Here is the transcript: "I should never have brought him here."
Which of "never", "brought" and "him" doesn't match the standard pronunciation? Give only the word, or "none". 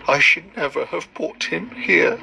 brought